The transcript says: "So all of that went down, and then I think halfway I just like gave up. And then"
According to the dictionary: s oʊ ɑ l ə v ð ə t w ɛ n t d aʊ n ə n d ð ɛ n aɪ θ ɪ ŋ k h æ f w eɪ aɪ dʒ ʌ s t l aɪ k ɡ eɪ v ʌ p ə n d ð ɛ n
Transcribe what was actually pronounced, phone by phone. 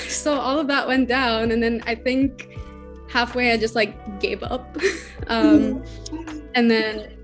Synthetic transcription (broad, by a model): s oʊ ɑ l ə v ð ə t w ɛ n d aʊ n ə n ð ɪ n aɪ θ ɪ ŋ k h æ f w eɪ aɪ dʒ ʌ s t l aɪ k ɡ eɪ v ʌ p ə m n ð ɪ n